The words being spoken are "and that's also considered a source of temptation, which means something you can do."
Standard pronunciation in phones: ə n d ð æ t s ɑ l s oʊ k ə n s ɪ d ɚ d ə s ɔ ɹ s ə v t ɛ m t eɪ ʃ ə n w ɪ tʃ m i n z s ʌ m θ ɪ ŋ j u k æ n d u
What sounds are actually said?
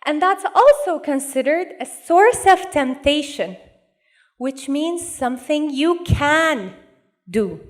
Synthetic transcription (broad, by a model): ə n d ð æ t s ɑ l s oʊ k ə n s ɪ d ɚ d ə s ɔ ɹ s ə v t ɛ m t eɪ ʃ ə n w ɪ tʃ m i n z s ʌ m θ ɪ ŋ j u k æ n d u